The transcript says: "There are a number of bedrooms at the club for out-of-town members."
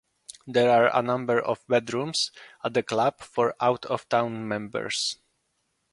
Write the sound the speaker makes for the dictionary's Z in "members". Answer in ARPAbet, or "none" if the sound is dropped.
S